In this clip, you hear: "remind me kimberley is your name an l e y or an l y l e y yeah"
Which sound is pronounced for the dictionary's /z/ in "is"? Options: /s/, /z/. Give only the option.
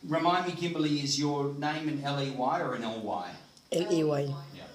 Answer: /z/